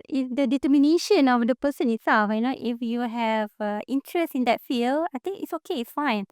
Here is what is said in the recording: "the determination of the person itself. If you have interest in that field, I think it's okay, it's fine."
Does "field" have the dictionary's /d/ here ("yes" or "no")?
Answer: no